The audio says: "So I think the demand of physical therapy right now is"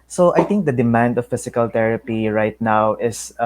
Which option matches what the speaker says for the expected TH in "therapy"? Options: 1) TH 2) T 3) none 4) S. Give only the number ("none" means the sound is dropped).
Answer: 2